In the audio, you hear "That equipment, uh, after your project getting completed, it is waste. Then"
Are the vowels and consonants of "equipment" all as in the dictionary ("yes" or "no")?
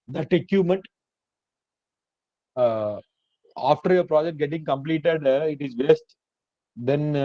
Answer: no